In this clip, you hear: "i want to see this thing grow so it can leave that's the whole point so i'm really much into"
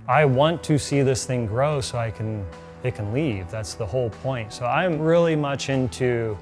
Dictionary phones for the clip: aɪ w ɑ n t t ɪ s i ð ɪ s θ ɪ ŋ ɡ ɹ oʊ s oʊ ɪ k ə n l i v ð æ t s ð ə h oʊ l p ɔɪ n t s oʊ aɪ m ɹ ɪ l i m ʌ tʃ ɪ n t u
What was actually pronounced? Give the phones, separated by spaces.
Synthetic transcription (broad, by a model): aɪ w ɑ n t t ɪ s i ð ɪ s θ ɪ ŋ ɡ ɹ oʊ s oʊ ɪ k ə n l i v ð æ t s ð ə h oʊ l p ɔɪ n t s oʊ aɪ m ɹ ɪ l i m ʌ tʃ ɪ n t u